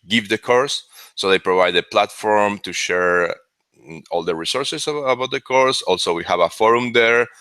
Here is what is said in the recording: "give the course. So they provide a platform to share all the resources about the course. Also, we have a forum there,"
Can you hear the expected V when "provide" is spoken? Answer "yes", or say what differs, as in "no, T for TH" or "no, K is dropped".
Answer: yes